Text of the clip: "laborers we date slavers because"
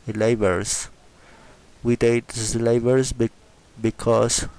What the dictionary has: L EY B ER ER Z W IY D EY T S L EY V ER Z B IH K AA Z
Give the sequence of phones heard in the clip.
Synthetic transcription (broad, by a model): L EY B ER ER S W IY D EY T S L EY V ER S B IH K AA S